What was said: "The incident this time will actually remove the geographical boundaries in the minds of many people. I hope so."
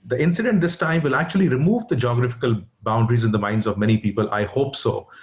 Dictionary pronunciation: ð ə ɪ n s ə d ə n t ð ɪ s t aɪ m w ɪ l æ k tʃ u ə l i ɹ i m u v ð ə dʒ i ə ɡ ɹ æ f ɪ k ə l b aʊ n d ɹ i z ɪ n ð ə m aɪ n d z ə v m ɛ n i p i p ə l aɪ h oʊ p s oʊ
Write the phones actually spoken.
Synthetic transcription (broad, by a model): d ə ɪ n s ə d ə n t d ɪ s t aɪ m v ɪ l æ k tʃ u ə l i ɹ i m u v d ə dʒ i ə ɡ ɹ æ f ɪ k ə l b aʊ n d ɹ i z ɪ n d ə m aɪ n d z ə v m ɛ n i p i p ə l aɪ h oʊ p s oʊ